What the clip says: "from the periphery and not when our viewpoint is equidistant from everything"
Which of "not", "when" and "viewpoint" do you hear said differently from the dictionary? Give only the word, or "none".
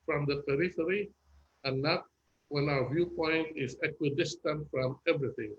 none